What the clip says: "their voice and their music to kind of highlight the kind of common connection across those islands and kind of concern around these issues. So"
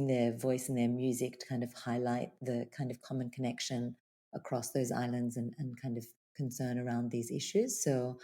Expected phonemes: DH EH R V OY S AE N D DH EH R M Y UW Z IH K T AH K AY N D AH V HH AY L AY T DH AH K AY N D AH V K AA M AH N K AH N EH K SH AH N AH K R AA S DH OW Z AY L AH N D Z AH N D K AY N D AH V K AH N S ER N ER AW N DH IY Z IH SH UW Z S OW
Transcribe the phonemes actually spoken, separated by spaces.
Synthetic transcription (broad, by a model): DH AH R V OY S N DH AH R M Y UW Z IH K T AH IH N D AH V HH AY L AY T DH AH K AY N D AH V K AA M AH N K AH N EH K SH AH N AH K R AA S DH OW Z AY L AH N D Z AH N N K AY N D AH V K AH N S ER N ER AW N DH IY Z IH SH UW Z S OW